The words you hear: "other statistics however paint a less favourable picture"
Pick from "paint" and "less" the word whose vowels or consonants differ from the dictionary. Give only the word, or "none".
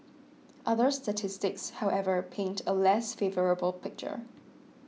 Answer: none